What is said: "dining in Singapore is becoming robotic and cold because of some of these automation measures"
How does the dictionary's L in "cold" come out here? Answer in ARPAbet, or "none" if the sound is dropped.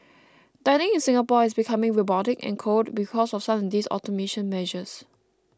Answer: none